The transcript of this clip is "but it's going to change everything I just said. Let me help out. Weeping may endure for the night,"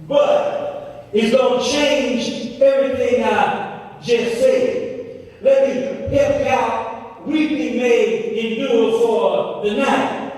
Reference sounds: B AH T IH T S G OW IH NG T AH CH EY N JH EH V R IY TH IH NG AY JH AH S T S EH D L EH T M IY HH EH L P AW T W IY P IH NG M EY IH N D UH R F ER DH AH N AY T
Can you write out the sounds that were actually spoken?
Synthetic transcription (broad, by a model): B AH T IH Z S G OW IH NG CH EY N JH EH V R IY TH IH NG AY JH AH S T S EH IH L EH T M IY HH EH P AW T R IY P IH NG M EY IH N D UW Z F ER DH AH N AY T